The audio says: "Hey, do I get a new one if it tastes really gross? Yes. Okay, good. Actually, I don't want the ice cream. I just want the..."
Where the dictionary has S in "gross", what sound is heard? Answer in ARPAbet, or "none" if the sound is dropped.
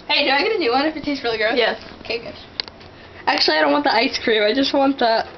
none